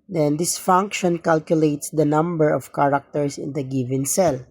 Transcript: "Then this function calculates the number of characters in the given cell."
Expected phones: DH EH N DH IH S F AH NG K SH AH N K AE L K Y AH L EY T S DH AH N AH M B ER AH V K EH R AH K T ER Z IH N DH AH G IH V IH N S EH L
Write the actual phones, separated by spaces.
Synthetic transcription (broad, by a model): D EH N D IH S F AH NG K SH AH N K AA L K Y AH L EY T S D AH N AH M B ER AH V K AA R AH K T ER S IH N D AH G IH V IH N S EH L